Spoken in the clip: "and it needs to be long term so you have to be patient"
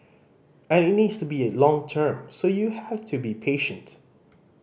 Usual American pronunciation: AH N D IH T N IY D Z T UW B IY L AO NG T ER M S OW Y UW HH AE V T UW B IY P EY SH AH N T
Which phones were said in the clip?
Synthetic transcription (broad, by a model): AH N IH T N IY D S T UW B IY L AO NG T ER M S OW Y UW HH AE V T UW B IY P EY SH AH N T